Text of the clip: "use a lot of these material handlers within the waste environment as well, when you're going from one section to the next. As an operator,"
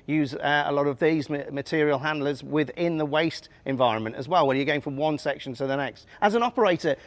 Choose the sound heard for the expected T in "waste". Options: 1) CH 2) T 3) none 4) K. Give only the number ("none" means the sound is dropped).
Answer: 2